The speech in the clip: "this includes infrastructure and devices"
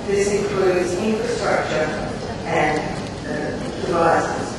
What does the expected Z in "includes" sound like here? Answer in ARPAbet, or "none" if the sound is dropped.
Z